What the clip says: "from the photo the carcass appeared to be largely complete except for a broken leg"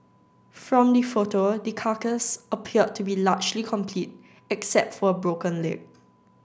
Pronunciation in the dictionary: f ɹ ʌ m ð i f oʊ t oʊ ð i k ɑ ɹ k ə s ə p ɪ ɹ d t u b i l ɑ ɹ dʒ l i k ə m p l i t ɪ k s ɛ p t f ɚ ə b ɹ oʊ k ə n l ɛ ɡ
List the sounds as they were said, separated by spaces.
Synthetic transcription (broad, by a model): f ɹ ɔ m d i f oʊ t oʊ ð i k ɑ k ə s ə p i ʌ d t u b i l ɑ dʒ l i k ə m p l i t ɪ k s ɛ p t f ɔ ə b ɹ oʊ k ə n l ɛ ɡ